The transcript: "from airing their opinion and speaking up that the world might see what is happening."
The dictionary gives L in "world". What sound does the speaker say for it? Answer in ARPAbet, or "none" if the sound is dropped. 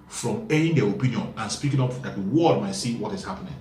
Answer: none